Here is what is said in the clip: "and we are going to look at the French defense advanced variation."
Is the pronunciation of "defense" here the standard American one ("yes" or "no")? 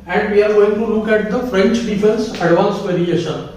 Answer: no